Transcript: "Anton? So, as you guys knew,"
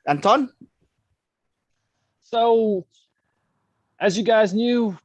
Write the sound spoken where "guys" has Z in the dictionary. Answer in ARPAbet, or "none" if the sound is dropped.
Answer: Z